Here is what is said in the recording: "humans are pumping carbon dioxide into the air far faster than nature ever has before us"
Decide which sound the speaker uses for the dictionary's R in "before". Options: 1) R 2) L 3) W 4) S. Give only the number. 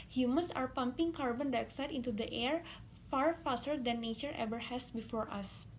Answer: 1